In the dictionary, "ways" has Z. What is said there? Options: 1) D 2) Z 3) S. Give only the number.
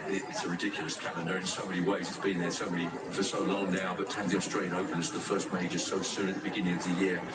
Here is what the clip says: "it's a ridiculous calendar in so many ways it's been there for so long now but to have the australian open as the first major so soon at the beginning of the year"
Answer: 2